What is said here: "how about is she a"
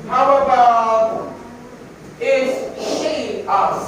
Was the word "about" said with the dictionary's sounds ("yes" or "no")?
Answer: no